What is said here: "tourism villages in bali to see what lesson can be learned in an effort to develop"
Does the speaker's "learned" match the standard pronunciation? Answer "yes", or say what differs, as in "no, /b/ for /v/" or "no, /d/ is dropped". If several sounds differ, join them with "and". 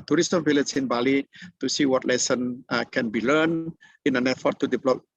no, /d/ is dropped